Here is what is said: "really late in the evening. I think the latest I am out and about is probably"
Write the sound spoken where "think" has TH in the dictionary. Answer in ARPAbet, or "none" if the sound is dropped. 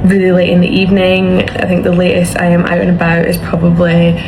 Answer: TH